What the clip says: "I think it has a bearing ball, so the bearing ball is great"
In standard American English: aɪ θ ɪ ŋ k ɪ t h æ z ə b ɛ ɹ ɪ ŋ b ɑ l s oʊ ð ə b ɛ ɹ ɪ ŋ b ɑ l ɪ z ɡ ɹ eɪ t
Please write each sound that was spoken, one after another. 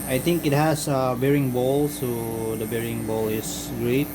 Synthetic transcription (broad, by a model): aɪ t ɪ ŋ k ɪ t h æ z ə b ɛ ɹ ɪ ŋ b ɑ l s oʊ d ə b ɛ ɹ ɪ ŋ b ɑ l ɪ s ɡ ɹ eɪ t